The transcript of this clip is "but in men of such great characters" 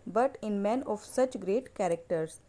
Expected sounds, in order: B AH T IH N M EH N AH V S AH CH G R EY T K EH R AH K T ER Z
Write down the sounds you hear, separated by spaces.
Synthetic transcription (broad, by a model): B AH T IH N M EH N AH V S AH CH G R EY T K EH R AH K T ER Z